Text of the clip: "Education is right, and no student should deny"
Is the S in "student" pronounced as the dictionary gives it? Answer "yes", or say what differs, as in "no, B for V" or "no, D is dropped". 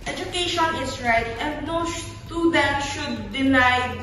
no, SH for S